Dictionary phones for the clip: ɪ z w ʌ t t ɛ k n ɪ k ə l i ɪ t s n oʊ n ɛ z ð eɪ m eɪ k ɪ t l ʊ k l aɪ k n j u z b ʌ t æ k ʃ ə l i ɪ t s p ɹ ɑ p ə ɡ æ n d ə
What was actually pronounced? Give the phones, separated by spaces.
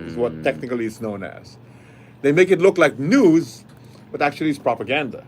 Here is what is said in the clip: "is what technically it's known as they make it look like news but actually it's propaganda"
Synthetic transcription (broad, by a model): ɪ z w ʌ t t ɛ k n ɪ k ə l i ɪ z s n oʊ n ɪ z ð eɪ m eɪ k ɪ t l ʊ k l aɪ k n j u z b ʌ t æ k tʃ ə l i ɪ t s p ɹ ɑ p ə ɡ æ n d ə